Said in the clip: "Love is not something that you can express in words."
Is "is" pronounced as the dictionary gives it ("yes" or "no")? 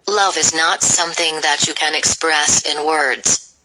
yes